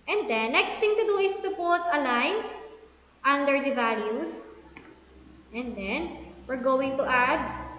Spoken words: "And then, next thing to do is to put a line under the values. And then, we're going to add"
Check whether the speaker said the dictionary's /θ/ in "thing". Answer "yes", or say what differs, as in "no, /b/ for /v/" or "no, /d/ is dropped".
no, /t/ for /θ/